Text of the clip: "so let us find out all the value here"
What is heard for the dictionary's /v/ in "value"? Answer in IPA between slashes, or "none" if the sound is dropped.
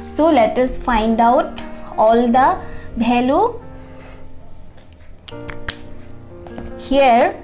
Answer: /b/